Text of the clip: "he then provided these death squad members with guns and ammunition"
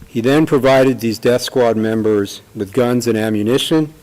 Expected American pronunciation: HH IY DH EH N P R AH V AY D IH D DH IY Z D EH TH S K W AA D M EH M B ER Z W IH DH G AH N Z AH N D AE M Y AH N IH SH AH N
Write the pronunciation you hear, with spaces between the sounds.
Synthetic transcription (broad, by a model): HH IY DH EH N P R AH V AY D IH D DH IY Z D EH TH S K W AA D M EH M B ER Z W IH DH G AH N Z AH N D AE M Y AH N IH SH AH N